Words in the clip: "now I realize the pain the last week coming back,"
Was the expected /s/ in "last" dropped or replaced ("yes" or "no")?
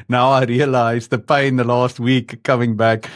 no